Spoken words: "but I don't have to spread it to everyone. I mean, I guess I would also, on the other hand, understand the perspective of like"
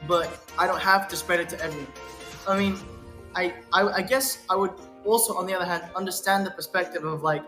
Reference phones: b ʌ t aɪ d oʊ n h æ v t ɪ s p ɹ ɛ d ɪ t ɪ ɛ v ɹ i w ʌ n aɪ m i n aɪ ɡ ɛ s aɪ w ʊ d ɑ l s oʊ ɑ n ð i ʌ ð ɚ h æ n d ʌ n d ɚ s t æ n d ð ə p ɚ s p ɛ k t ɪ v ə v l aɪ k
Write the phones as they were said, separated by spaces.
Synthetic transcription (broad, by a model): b ʌ t aɪ d oʊ n h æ f t ɪ s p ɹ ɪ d ɪ t ɪ ɛ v ɹ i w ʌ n aɪ m i n aɪ ɡ ɛ s aɪ w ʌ d ɑ l s oʊ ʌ n ð i ʌ ð ɚ h æ n d ʌ n d ɚ s t æ n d ð ə p ɚ s p ɛ k t ɪ v ə v l aɪ k